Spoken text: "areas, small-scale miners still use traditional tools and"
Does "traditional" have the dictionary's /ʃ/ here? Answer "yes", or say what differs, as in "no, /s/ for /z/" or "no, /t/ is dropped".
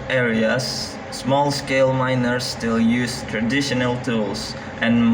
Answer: yes